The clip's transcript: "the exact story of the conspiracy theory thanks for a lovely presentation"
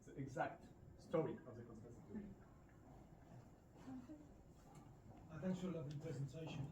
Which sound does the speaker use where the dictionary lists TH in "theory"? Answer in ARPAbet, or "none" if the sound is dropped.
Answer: T